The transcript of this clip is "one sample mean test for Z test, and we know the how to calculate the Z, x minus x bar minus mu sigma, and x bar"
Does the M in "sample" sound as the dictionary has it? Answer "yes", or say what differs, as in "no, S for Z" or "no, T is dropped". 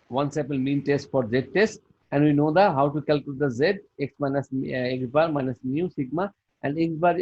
no, M is dropped